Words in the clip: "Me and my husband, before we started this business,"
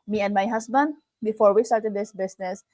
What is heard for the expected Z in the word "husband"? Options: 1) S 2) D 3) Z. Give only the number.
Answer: 1